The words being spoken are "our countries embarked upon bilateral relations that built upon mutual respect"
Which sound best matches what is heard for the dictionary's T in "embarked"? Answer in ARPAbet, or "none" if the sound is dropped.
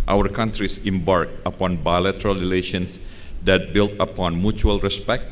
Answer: none